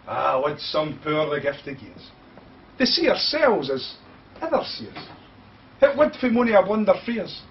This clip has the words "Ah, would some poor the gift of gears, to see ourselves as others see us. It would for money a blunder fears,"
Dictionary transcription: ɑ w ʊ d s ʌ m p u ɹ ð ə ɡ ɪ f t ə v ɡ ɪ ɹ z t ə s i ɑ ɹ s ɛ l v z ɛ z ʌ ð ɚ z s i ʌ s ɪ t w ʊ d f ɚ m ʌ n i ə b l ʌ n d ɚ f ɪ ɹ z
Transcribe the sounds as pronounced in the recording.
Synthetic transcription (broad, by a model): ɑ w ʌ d s ʌ m p u ɹ ð ə ɡ ɪ f t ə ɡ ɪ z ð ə s i ɑ ɹ s ɛ l v z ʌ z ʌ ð ɚ s i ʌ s ɪ t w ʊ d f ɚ m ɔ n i ə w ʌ n d ɚ f ɹ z